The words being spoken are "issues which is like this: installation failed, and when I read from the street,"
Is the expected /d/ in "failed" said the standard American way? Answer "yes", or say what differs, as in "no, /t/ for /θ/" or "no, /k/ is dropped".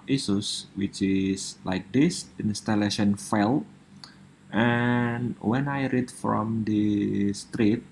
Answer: no, /d/ is dropped